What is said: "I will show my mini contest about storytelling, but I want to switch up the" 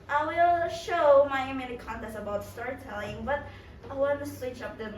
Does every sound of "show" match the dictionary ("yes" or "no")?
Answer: yes